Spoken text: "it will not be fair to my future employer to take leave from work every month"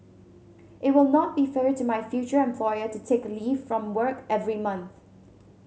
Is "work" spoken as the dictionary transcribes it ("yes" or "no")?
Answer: yes